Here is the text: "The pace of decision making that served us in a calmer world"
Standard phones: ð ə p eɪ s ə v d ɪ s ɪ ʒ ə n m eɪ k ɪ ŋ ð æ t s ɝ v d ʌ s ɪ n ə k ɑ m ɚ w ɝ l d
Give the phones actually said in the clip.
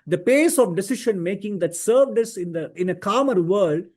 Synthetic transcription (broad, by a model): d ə p eɪ s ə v d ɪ s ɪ ʃ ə n m eɪ k ɪ ŋ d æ t s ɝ v d ʌ s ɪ n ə k ɑ m ɚ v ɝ l d